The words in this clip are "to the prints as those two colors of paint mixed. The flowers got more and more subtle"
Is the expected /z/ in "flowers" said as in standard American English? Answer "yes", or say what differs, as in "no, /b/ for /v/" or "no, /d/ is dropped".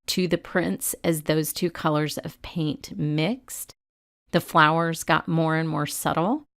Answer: yes